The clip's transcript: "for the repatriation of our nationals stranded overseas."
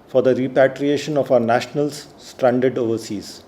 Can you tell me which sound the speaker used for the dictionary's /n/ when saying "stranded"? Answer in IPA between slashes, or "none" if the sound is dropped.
/n/